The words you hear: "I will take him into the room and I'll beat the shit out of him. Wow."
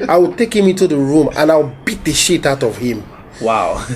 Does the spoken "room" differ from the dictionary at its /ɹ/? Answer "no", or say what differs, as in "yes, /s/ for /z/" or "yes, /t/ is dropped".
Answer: no